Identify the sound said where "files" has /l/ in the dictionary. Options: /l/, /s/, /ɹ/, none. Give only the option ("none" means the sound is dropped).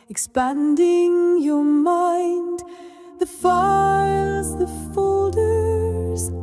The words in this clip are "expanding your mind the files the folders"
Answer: none